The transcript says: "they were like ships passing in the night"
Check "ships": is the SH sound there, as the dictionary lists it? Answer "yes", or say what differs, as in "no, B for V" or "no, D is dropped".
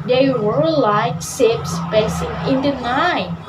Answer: no, S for SH